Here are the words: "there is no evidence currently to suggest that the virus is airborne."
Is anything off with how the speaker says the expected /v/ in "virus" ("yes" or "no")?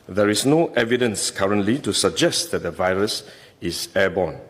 no